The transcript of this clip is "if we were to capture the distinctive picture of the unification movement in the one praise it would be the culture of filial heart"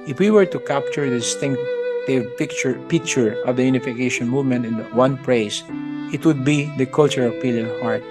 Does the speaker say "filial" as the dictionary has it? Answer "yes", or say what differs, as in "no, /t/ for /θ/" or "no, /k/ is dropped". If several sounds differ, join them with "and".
no, /p/ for /f/